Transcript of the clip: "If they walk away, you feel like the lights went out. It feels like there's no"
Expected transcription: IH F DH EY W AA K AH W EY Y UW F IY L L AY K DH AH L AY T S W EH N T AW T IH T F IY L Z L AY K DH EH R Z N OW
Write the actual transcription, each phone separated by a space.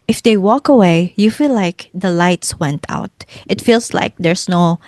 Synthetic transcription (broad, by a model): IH F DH EY W AA K AH W EY Y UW F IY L L AY K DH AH L AY T S W EH N T AW T IH T F IY L S L AY K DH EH R S N OW